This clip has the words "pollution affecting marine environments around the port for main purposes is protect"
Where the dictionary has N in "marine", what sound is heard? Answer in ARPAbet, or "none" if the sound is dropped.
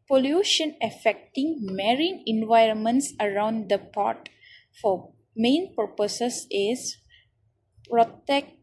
N